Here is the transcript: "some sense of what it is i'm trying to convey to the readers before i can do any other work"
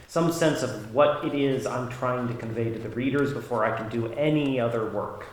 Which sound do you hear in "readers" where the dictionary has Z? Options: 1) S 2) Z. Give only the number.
2